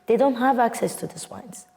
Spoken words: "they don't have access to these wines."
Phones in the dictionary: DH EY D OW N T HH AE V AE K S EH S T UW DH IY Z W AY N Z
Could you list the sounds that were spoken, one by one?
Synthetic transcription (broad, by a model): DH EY D OW N T HH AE V AE K S EH S T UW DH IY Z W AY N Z